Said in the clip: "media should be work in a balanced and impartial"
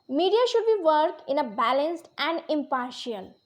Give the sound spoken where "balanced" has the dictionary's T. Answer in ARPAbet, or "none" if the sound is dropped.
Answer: T